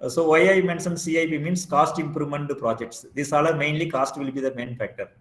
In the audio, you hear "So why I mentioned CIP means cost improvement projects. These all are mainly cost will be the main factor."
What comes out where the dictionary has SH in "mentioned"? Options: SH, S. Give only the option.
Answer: S